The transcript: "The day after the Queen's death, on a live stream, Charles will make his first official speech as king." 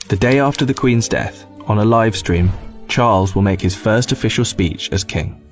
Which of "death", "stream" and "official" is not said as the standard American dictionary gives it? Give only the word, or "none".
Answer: none